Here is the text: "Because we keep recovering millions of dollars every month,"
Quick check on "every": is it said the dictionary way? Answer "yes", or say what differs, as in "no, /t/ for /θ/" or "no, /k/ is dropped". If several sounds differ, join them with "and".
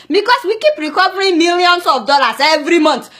yes